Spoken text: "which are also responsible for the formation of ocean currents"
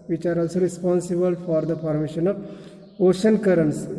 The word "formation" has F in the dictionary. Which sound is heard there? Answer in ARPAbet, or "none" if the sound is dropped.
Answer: P